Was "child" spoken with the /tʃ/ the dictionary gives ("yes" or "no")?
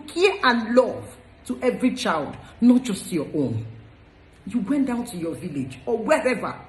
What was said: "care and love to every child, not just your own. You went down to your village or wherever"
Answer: yes